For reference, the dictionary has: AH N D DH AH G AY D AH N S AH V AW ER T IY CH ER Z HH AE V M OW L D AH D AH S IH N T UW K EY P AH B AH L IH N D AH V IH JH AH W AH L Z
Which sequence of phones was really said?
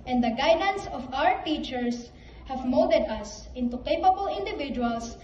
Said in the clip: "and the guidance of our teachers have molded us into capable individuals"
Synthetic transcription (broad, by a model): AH N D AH G AY D AH N S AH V AW ER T IY CH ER S HH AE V M OW D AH D AH S IH N T UW K EY P AH B AH L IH N D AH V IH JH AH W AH L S